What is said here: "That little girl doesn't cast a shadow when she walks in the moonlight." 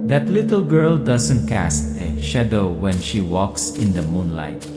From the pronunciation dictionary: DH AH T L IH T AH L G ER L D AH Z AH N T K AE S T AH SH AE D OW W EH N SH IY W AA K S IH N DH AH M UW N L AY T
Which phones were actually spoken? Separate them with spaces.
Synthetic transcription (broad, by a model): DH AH T L IH T AH L G ER L D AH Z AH N T K AE S T AH SH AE D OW W EH N SH IY W AA K S IH N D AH M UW N L AY T